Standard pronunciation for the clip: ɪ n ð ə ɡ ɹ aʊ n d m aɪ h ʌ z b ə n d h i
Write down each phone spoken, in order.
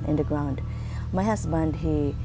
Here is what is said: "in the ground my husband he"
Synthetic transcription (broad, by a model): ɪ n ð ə ɡ ɹ aʊ n d m aɪ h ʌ s b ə n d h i